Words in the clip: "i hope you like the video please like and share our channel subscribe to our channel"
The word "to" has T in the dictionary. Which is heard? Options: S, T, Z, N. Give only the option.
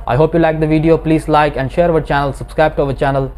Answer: T